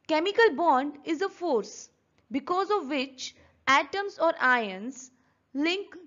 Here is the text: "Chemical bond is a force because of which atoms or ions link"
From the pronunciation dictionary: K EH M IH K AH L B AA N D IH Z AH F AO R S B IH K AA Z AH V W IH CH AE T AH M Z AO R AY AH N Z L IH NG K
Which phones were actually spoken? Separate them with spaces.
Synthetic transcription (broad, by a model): K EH M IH K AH L B AA N D IH Z AH F AO R S B IH K AA Z AH V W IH CH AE T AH M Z AO R AY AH N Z L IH NG K